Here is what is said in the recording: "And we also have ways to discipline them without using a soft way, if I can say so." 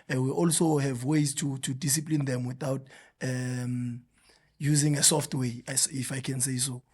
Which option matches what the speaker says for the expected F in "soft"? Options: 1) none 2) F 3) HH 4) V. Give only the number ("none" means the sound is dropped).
2